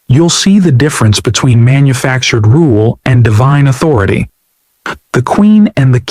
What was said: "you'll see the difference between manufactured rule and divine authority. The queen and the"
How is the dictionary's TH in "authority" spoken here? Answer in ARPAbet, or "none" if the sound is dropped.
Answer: TH